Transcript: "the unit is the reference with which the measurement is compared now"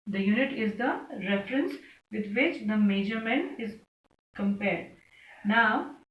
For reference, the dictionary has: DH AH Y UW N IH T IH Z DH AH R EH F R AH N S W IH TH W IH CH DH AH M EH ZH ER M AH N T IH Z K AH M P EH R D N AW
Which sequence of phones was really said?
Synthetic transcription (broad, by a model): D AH Y UW N IH T IH Z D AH R EH F R AH N S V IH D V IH CH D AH M EH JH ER M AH N IH Z K AH M P EH R D N AW